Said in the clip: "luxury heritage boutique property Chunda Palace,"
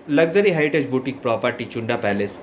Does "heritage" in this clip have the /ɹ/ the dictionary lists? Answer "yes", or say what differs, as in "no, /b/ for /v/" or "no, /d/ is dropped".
no, /ɹ/ is dropped